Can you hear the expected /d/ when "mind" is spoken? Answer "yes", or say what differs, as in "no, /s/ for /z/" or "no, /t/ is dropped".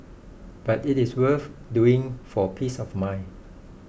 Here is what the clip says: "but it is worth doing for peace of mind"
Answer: no, /d/ is dropped